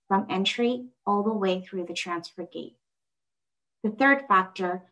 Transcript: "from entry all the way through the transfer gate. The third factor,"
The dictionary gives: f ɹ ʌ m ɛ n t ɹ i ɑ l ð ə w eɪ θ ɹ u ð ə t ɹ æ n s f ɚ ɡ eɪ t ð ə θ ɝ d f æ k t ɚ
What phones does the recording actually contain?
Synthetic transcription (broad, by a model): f ɹ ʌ m ɛ n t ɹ i ɑ l ð ə w eɪ θ ɹ u ð ə t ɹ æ n s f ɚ ɡ eɪ t ð ə θ ɝ d f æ k t ɚ